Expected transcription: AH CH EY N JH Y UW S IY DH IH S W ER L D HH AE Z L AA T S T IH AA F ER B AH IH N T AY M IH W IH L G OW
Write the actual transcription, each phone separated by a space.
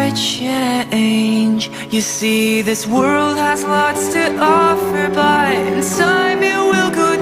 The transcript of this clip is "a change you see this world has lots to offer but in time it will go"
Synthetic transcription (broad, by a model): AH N EY N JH Y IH S IY DH IH S W ER L D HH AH Z L AA T S T IH AA F ER B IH IH N S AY M IH W IH L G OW